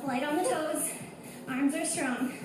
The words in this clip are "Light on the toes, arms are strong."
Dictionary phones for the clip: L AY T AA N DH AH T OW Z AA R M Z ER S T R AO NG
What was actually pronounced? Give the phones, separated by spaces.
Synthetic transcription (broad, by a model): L AY T N DH AH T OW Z AA R M Z ER S T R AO NG